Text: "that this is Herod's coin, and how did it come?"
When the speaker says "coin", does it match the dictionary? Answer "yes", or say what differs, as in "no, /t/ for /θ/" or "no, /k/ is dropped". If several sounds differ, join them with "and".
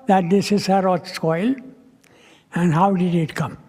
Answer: no, /l/ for /n/